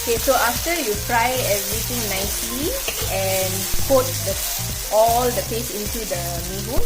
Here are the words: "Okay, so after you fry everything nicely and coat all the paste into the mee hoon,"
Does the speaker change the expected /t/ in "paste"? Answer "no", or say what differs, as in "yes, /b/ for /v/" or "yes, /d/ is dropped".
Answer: yes, /t/ is dropped